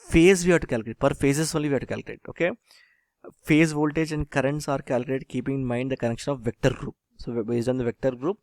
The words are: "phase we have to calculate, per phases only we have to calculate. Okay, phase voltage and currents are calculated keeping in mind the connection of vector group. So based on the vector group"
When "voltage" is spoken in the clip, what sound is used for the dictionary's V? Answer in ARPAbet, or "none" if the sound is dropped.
V